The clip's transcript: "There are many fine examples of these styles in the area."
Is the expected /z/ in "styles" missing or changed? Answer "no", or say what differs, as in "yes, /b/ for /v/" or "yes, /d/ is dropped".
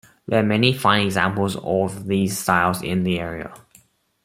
no